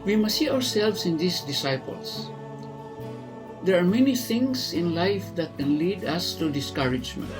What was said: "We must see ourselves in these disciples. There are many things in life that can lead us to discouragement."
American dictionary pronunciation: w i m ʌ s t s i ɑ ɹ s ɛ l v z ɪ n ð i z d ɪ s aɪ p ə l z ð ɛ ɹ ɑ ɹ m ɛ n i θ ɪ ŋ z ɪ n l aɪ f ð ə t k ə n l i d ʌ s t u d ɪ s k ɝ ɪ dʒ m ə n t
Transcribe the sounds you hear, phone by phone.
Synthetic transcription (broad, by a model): w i m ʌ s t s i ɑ ɹ s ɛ l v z ɪ n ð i s d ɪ s aɪ p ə l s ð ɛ ɹ ɑ ɹ m ɛ n i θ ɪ ŋ s ɪ n l aɪ f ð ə t k ə n l i d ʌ s t u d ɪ s k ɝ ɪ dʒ m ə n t